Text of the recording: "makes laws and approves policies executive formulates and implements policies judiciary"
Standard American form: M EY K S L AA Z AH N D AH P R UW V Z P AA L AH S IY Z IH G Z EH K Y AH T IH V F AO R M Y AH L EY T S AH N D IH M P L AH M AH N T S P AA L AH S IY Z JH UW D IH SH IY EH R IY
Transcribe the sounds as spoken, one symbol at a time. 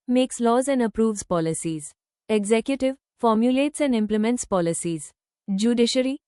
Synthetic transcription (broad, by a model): M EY K S L AA Z AH N D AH P R UW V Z P AA L AH S IY Z IH G Z EH K Y AH T IH V F AO R M Y AH L EY T S AH N D IH M P L AH M AH N T S P AA L AH S IY Z JH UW D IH SH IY R IY